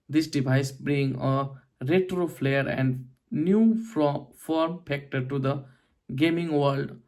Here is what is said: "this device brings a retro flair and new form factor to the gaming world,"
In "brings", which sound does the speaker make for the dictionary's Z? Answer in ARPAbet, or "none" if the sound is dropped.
none